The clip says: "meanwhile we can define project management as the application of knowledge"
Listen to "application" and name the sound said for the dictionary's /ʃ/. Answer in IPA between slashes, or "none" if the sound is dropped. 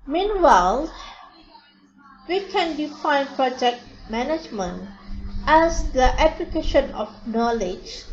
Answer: /ʃ/